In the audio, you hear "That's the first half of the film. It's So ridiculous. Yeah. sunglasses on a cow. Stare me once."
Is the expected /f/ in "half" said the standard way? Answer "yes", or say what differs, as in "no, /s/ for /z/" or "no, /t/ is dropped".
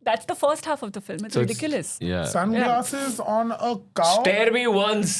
yes